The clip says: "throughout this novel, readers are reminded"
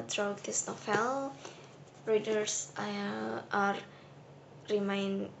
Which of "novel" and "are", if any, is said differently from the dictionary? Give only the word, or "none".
novel